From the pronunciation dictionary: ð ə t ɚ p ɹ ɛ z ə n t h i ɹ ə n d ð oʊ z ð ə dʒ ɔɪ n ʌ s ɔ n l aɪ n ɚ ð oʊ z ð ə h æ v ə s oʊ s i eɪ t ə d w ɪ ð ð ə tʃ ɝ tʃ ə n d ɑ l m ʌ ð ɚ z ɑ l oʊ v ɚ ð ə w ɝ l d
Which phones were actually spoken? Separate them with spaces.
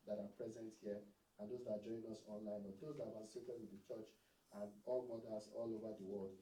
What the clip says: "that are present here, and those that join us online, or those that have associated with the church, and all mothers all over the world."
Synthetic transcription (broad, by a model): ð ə t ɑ p ɹ ɛ z ə n t h i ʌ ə n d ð oʊ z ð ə dʒ ɔɪ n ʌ s ɔ n l aɪ n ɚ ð oʊ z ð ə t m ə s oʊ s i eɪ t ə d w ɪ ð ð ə tʃ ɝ tʃ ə n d ɑ l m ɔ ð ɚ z ɑ l oʊ v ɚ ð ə w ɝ l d